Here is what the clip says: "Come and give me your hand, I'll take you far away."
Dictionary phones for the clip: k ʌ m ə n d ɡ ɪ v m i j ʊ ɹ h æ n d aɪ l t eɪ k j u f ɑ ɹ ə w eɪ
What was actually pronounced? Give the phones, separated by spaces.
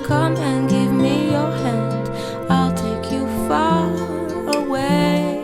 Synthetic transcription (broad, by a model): k ʌ m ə n ɡ ɪ v m i j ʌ ɹ h æ n d aɪ l t eɪ k j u f ɑ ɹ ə w eɪ